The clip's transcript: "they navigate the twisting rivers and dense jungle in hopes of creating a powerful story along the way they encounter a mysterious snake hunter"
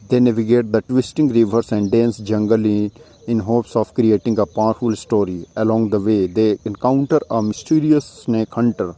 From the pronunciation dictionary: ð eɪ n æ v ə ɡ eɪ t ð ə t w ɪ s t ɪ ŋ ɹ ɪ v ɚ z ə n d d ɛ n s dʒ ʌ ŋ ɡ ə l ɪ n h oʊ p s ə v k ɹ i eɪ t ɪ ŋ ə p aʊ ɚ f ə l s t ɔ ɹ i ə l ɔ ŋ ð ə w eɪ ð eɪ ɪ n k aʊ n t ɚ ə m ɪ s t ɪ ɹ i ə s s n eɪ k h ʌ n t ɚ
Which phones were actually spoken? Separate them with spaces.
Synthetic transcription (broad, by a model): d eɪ n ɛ v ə ɡ eɪ t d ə t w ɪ s t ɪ ŋ ɹ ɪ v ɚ s ə n d d ɛ n s dʒ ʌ ŋ ɡ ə l ɪ n h oʊ p s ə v k ɹ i eɪ t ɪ ŋ ə p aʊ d f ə l s t ɔ ɹ i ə l ɔ ŋ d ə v eɪ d eɪ ɪ n k aʊ n t ɚ ə m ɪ s t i ɹ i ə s s n eɪ k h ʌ n t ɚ